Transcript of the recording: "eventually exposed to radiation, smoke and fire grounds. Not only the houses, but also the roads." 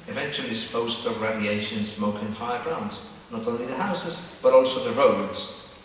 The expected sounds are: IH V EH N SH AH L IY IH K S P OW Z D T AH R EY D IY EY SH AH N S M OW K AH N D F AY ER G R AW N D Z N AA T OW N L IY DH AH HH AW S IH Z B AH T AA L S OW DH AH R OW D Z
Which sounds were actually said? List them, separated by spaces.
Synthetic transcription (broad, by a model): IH V EH N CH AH L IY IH S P OW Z T AH R EY D IY EY SH AH N S M OW K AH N F AY ER G R AW N D Z N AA T OW N L IY DH AH HH AW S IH Z B AH T AA L S OW DH AH R OW D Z